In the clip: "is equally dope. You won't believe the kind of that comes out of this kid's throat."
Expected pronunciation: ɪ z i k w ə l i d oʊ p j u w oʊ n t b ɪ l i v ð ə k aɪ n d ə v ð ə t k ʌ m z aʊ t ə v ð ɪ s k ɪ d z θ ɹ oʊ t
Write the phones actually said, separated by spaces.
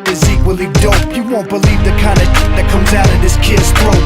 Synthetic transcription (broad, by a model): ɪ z i k w ə l i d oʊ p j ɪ w oʊ n b ɪ l i v ð ə k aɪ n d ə ð ə t k ʌ m z aʊ t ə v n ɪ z k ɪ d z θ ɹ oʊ